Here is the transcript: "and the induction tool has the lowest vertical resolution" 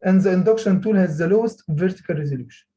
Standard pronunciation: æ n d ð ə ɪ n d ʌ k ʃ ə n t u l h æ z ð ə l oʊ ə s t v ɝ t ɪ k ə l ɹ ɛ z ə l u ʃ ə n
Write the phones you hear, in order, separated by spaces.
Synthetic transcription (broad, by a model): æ n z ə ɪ n d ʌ k ʃ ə n t u l h æ z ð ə l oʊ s t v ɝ t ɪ k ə l ɹ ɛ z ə l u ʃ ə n